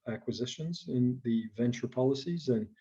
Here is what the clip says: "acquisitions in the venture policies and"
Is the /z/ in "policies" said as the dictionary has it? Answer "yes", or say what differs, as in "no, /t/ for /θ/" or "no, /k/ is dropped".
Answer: yes